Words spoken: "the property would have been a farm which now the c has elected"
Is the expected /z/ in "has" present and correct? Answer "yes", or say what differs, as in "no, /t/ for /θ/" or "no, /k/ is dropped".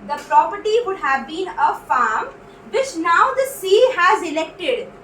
yes